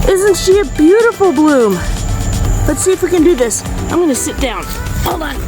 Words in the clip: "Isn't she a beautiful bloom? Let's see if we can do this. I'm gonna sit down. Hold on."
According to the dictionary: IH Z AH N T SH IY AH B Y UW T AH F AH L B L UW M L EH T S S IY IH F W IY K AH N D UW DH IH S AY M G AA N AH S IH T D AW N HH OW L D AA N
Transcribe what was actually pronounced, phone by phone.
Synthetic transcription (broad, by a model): IH Z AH N T SH IY AH B Y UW T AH F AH L B L UW M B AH T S S IY IH F W IY K AH N D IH DH IH S AY M G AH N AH S IH T D AW N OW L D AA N